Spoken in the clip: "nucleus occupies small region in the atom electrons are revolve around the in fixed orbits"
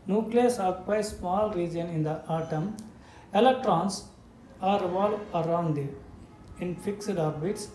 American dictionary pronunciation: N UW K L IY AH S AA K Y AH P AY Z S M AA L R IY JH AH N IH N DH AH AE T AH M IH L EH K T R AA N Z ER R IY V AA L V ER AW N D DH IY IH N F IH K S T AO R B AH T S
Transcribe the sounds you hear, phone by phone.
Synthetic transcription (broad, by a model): N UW K L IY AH S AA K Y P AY S M AA L R IY JH AH N IH N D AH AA T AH M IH L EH K T R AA N S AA R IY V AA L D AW N D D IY IH N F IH K S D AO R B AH T S